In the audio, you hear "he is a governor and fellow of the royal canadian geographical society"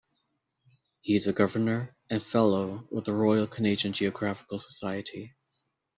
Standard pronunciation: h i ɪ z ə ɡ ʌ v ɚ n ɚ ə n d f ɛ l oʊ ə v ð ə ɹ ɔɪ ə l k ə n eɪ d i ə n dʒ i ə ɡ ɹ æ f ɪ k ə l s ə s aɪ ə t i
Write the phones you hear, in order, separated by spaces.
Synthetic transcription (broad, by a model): h i ɪ z ə ɡ ʌ v ɚ n ɚ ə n f ɛ l oʊ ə w ð ə ɹ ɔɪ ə l k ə n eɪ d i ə n dʒ i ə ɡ ɹ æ f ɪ k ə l s ə s aɪ ə t i